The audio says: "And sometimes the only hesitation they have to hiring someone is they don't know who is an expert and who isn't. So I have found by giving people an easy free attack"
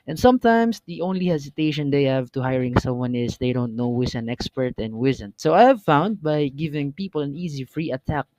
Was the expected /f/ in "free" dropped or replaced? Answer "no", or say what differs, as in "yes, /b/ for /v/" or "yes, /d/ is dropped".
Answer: no